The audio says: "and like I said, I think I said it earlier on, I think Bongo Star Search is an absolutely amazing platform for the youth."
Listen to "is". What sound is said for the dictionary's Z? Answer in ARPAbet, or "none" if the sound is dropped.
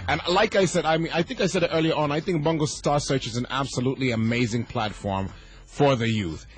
Z